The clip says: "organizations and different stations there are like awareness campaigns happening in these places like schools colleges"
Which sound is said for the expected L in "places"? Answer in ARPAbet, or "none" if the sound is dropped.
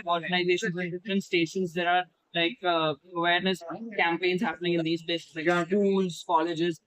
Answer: none